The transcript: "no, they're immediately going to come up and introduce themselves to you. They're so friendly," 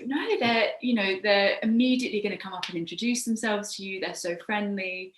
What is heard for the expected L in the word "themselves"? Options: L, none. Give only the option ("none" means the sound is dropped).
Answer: L